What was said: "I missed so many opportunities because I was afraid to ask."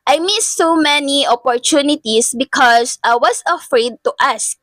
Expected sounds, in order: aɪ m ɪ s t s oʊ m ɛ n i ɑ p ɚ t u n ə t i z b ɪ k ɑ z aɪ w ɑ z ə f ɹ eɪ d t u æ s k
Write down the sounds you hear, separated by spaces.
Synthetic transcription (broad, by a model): aɪ m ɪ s s oʊ m ɛ n i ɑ p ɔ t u n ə t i s b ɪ k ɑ s aɪ w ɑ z ə f ɹ eɪ d t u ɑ s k